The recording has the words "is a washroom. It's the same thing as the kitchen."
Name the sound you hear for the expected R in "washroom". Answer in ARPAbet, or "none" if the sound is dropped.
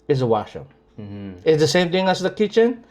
none